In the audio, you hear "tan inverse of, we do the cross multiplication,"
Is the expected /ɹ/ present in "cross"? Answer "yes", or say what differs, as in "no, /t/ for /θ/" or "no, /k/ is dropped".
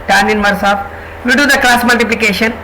no, /l/ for /ɹ/